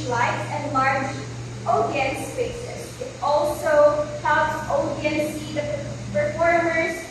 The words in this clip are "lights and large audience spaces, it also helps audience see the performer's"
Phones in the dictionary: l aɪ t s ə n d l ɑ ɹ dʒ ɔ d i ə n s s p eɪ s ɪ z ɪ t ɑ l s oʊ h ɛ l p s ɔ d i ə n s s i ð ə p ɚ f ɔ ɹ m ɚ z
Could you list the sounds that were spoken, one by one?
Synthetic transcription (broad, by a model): l aɪ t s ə n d l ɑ ɹ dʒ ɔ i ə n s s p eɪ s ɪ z ɪ t ɑ l s oʊ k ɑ p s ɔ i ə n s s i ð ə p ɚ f ɔ ɹ m ɚ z